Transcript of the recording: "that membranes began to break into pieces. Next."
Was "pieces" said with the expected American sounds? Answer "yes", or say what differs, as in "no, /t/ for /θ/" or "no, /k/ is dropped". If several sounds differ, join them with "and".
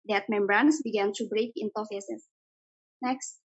no, /f/ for /p/ and /s/ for /z/